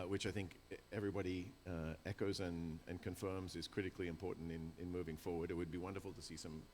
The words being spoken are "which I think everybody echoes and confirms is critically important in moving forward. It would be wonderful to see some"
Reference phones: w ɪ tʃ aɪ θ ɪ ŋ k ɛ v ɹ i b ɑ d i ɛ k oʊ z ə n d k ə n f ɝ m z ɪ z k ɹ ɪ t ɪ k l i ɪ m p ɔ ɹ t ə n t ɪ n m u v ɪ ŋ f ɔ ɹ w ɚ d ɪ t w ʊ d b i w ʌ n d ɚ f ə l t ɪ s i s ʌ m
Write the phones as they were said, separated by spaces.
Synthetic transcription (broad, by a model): w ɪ tʃ aɪ θ ɪ ŋ k ɛ v ɹ i b ɑ d i ɛ k oʊ z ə n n k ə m f ɝ m z ɪ z k ɹ ɪ t ɪ k l i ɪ m p ɔ ɹ t n t ɪ n m u v ɪ ŋ f ɔ ɹ w ɚ d ɪ t w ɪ d b i w ʌ n d ɚ f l t ɪ s i s ʌ m